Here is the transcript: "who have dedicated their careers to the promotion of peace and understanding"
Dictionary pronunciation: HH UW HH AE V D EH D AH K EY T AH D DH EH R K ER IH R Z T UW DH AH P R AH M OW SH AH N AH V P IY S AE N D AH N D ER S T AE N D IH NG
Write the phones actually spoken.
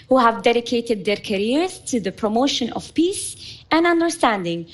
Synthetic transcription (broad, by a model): HH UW HH AE V D EH D AH K EY T AH D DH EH R K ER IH R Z T UW DH AH P R AH M OW SH AH N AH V P IY S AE N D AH N D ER S T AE N D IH NG